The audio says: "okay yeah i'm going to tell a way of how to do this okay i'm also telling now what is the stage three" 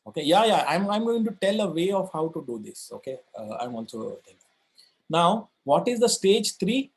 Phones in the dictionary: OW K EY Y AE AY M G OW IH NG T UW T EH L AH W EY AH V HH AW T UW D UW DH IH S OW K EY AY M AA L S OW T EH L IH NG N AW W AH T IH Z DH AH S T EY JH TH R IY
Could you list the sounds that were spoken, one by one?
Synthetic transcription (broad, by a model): OW K EY Y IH AY M G OW IH NG T UW T EH L AH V EY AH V HH AW T UW D UW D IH S OW K EY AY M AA N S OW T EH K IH N AW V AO T IH Z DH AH S T EY JH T R IY